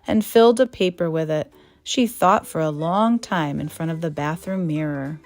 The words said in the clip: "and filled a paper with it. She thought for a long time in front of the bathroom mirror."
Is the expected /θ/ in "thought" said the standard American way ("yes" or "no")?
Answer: yes